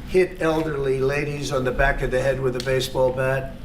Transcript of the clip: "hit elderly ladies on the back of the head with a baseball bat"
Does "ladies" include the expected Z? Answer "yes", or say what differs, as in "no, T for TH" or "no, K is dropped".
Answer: yes